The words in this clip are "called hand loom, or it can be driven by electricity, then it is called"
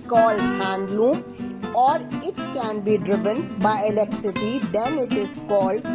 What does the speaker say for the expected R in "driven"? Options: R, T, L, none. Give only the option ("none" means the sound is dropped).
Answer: R